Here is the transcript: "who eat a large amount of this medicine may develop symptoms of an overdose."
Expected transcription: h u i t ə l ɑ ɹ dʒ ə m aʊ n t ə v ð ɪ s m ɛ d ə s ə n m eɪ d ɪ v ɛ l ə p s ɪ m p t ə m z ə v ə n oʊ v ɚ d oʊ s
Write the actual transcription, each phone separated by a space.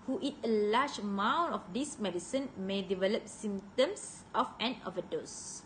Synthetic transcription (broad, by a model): h u i t ə l ɑ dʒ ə m aʊ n ə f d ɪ s m ɛ d ə s ə n m eɪ d ɪ v ɛ l ə p s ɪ m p t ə m s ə f ə n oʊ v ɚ d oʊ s